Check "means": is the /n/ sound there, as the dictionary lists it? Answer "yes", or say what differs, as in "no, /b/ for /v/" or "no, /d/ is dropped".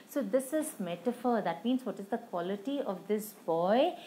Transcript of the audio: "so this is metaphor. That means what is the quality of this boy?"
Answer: yes